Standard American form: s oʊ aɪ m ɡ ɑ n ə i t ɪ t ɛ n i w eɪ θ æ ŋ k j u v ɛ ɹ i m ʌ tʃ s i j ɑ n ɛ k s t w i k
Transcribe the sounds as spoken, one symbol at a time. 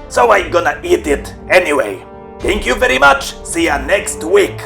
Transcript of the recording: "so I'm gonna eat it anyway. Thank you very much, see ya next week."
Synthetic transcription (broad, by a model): s oʊ aɪ m ɡ ɑ n ə i t ɪ t ɛ n i w eɪ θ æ ŋ k j u v ɛ ɹ i m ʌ tʃ s i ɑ n ɛ k s t w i k